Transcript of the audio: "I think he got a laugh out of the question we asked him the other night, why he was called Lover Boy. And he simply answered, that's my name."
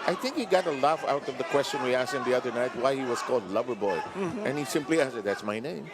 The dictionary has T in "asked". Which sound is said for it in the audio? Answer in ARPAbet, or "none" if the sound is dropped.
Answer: none